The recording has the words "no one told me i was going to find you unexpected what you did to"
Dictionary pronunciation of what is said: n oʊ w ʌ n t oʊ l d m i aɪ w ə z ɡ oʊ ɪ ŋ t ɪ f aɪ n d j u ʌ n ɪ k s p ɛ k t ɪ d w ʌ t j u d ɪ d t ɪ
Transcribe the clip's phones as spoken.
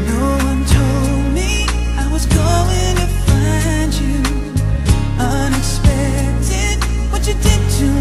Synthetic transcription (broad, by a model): n oʊ w ʌ n t oʊ l d m i aɪ w ə z ɡ oʊ ɪ ŋ t ɪ f aɪ n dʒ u ʌ n ɪ k s p ɛ k t ɪ d w ʌ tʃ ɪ d ɪ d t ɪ